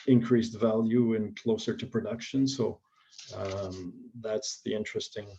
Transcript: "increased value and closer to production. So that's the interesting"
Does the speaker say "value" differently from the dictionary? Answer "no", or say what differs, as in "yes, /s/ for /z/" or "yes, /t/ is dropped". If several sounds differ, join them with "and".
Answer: no